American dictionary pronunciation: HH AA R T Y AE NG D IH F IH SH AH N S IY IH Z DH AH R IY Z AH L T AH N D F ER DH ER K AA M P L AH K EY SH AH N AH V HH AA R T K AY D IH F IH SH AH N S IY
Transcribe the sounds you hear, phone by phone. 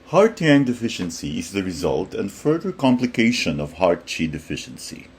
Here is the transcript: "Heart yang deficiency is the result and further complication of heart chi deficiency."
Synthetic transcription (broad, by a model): HH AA R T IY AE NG D IH F IH SH AH N S IY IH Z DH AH R IY Z AH L T AH N D F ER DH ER K AA M P L AH K EY SH AH N AH V HH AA R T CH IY D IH F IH SH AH N S IY